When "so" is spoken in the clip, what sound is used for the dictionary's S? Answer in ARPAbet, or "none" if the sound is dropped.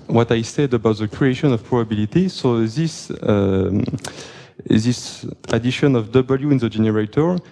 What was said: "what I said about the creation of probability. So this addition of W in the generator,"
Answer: S